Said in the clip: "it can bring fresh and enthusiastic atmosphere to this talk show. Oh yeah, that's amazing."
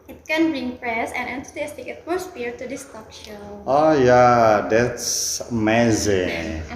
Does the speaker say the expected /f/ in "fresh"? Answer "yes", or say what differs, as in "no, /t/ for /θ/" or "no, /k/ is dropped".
no, /p/ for /f/